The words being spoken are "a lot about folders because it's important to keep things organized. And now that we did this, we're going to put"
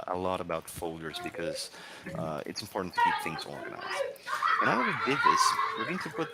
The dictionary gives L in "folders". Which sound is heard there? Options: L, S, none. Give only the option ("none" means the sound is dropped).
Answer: L